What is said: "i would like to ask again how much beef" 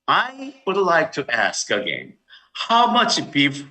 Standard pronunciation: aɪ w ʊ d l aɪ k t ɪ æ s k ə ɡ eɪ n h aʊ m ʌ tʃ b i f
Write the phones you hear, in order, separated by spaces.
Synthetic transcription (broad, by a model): aɪ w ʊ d l aɪ k t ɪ æ s k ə ɡ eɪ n h aʊ m ʌ tʃ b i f